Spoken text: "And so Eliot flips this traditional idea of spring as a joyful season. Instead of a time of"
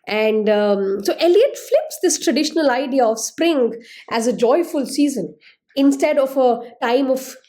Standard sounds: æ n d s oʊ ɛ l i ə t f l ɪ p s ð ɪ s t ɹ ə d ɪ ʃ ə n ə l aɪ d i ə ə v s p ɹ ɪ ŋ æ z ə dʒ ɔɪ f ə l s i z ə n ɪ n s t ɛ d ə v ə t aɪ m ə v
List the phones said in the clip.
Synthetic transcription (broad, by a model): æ n d s oʊ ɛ l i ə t f l ɪ p s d ɪ s t ɹ ə d ɪ ʃ ə n ə l aɪ d i ə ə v s p ɹ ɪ ŋ æ z ə dʒ ɔɪ f ə l s i z ə n ɪ n s t ɛ d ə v ə t aɪ m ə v